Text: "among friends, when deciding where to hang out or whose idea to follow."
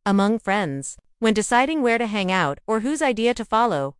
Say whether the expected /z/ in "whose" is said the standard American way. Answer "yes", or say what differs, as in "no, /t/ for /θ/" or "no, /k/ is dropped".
yes